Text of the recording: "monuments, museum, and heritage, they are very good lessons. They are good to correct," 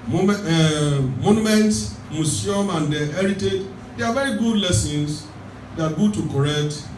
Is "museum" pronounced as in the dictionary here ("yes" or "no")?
no